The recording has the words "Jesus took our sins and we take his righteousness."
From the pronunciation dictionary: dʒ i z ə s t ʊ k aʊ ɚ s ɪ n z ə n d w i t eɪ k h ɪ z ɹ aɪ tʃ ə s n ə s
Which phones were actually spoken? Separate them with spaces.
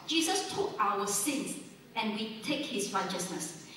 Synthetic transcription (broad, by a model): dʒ i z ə s t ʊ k aʊ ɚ s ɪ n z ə n w i t eɪ k h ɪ s ɹ aɪ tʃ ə s n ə s